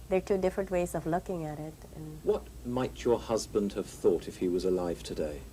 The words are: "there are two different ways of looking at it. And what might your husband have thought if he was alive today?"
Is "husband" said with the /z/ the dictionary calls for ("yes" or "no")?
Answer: yes